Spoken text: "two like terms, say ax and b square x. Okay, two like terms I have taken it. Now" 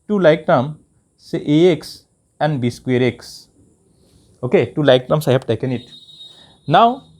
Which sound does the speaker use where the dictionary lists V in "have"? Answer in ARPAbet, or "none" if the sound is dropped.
B